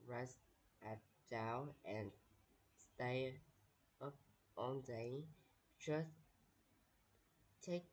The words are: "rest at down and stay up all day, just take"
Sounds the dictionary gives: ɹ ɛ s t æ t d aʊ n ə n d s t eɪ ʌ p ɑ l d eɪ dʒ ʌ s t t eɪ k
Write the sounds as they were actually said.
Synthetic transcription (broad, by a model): ɹ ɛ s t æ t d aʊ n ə n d s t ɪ ʌ p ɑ n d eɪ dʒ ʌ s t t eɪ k